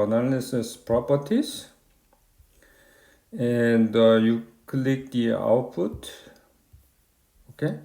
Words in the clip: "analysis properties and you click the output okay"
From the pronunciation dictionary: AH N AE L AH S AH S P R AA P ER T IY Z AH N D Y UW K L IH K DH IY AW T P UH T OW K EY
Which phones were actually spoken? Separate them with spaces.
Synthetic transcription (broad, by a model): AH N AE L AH S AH S P R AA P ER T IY S AH N D Y UW K L IH K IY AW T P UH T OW K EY